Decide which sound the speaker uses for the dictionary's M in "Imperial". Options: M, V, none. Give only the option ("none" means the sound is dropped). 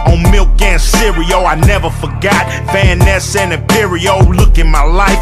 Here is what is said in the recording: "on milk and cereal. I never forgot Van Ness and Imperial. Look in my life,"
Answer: none